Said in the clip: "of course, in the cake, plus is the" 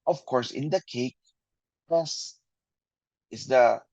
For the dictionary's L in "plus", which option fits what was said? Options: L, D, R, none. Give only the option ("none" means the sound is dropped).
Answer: none